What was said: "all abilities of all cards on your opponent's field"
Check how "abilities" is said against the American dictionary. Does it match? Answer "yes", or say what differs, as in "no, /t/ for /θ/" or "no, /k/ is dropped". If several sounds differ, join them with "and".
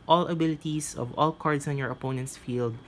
no, /s/ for /z/